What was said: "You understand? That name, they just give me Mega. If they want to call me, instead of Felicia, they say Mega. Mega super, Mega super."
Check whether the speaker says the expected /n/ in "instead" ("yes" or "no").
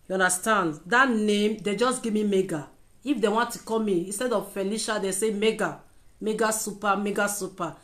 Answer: yes